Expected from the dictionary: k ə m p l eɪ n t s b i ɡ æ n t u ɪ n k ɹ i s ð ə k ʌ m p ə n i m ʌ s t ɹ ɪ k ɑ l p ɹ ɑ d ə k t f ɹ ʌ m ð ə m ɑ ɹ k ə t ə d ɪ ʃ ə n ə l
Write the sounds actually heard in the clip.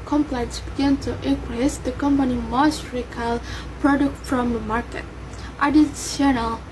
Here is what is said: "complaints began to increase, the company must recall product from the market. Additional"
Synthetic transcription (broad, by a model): k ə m p l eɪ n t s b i ɡ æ n t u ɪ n k ɹ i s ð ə k ʌ m p ə n i m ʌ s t ɹ ɪ k ɑ l p ɹ ɑ d ə k t f ɹ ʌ m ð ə m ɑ ɹ k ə t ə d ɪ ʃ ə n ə l